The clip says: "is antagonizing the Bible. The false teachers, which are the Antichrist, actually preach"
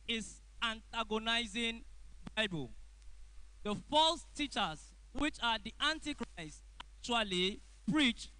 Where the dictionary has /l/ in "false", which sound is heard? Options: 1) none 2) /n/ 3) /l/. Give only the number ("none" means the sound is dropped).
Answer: 3